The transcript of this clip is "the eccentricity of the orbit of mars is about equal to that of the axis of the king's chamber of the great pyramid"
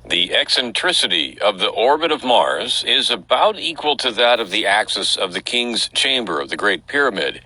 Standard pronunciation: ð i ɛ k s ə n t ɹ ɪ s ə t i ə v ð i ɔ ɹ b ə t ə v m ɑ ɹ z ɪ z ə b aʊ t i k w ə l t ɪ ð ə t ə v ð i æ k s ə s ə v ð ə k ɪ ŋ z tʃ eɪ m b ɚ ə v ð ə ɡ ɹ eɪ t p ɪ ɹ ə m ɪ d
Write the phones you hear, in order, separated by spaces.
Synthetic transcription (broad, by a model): ð i ɛ k s ə n t ɹ ɪ s ə t i ə v ð i ɔ ɹ b ə t ə v m ɑ ɹ z ɪ z ə b aʊ t i k w ə l t ɪ ð ə t ə v ð i æ k s ə s ə v ð ə k ɪ ŋ z tʃ eɪ m b ɚ ə v ð ə ɡ ɹ eɪ t p ɪ ɹ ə m ɪ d